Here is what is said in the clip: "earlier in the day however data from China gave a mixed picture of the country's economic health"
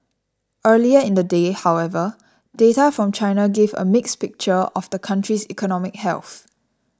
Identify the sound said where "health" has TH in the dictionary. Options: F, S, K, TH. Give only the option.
TH